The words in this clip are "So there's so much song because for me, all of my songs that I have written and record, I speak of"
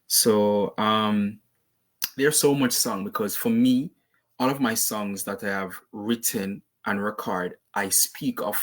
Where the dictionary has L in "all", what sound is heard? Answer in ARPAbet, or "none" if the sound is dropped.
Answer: N